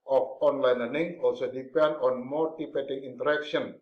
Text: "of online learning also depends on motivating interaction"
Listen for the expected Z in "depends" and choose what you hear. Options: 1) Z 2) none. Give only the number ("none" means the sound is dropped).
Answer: 2